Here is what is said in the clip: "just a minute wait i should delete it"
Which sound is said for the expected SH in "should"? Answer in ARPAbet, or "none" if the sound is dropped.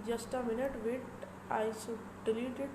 S